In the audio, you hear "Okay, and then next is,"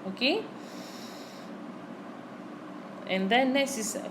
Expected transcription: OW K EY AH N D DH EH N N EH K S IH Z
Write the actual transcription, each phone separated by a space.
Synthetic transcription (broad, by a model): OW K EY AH N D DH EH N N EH S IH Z